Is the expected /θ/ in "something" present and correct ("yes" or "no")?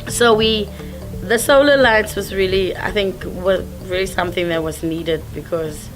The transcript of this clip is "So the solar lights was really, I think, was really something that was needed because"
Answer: yes